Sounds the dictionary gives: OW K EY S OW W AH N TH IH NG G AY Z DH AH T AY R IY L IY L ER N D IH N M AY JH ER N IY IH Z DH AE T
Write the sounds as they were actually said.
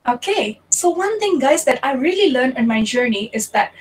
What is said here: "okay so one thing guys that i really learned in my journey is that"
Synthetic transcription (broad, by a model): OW K EY S OW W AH N T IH NG G AY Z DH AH T AY R IY L IY L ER N IH N M AY JH ER N IY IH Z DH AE T